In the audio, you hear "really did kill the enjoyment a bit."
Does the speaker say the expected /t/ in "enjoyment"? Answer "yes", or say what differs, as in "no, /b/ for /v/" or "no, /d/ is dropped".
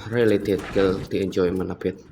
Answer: no, /t/ is dropped